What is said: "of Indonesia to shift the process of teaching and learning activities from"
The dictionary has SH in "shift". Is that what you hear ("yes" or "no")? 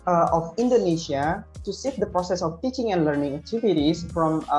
no